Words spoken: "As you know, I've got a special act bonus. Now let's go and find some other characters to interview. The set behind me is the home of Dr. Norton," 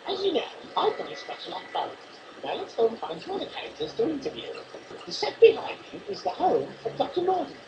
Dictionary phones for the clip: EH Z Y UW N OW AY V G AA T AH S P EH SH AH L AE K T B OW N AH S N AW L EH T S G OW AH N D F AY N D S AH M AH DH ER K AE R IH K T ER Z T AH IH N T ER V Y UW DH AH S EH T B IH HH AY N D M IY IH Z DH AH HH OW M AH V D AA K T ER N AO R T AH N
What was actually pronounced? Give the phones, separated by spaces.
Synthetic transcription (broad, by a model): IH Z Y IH N OW AY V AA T AH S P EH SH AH L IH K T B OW AH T N AW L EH T S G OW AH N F AY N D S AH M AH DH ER K AE R IH K T ER Z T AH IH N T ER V Y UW DH AH S EH T B IH HH AY N D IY IH Z DH AH HH OW M AH V D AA K T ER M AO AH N